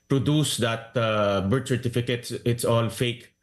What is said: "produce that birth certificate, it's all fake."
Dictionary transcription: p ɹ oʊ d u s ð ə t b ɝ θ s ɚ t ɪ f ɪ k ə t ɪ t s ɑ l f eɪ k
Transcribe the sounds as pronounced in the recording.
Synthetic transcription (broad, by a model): p ɹ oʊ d u s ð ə t b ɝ t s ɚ t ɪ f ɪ k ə t ɪ t s ɑ l f eɪ k